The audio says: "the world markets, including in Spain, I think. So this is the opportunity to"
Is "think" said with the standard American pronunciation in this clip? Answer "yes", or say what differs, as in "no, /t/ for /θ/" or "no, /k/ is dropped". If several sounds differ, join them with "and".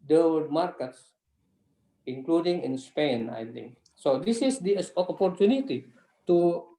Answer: no, /t/ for /θ/